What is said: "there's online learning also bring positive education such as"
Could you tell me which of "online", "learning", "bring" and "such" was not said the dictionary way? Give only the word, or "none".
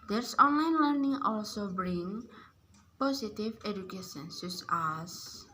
such